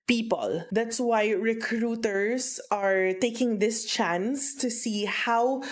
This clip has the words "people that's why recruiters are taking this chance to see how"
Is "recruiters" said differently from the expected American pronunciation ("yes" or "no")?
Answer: yes